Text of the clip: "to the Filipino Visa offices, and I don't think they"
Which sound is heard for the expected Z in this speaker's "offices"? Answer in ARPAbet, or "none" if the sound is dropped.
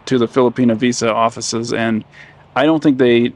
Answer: Z